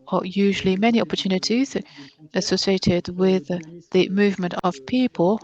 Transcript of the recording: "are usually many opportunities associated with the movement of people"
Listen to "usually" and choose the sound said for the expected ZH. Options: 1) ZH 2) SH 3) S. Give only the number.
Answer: 1